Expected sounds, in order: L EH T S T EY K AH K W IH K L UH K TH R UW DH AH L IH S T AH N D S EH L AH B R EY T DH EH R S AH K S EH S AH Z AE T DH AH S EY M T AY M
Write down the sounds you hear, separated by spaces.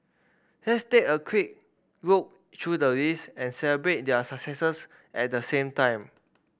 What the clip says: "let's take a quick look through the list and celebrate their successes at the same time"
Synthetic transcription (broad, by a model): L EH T S T EY K AH K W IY K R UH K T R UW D AH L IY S AH N S EH L AH B R EY T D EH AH S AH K S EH S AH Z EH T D AH S EY M T AY M